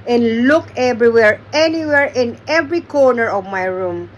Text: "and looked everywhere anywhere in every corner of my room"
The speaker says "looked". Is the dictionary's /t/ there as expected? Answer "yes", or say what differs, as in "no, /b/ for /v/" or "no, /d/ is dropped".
no, /t/ is dropped